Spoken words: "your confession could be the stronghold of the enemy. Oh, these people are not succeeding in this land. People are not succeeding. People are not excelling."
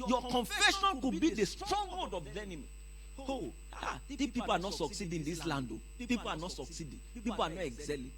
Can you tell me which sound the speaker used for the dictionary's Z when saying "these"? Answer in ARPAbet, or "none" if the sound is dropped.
none